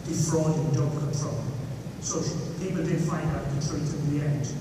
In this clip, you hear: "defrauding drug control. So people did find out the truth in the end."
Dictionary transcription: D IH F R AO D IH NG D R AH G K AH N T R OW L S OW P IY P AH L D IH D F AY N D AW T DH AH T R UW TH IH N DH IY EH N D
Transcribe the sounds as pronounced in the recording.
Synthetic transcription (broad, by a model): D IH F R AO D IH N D AH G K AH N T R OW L S OW P IY P AH L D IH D F AY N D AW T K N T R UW F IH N DH IY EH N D